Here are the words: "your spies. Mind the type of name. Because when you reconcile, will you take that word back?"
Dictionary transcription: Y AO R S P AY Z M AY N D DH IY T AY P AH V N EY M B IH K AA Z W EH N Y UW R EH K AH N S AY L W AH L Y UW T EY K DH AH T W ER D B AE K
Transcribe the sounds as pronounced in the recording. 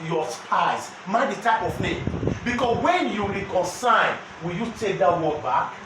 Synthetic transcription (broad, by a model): Y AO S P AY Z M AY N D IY T AY P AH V N EY M B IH K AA S W EH N Y UW R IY K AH N S AY N W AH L Y UW T EY K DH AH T W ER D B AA K